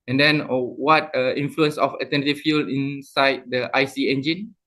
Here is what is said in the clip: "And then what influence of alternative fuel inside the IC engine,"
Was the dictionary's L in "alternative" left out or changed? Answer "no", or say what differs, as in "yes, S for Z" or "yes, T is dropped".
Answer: yes, L is dropped